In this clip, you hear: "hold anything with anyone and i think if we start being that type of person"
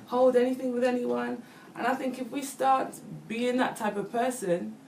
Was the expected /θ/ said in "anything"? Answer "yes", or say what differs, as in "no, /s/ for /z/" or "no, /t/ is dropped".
yes